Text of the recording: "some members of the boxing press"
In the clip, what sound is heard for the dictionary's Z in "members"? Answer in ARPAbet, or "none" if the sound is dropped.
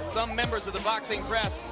Z